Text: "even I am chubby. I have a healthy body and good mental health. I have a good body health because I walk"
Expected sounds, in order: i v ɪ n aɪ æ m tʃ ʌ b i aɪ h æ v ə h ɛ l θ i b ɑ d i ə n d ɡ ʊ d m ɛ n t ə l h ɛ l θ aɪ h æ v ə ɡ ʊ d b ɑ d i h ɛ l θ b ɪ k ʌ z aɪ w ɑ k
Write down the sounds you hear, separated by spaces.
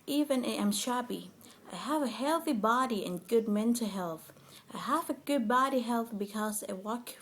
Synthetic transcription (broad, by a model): i v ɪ n aɪ m ʃ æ b i aɪ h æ v ə h ɛ l θ i b ɑ d i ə n ɡ ʊ d m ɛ n t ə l h ɛ l θ aɪ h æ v ə ɡ ʊ d b ɑ d i h ɛ l θ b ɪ k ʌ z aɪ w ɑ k